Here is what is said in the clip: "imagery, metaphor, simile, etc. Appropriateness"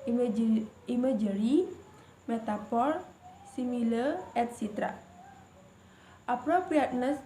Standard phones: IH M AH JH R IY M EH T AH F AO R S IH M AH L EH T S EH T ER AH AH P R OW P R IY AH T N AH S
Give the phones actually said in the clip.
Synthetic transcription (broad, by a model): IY M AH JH R IY M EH T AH P AO R S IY M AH L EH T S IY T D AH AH P R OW P R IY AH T N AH S